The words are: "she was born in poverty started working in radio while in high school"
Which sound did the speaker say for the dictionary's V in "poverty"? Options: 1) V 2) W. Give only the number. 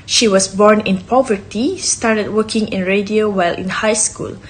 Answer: 1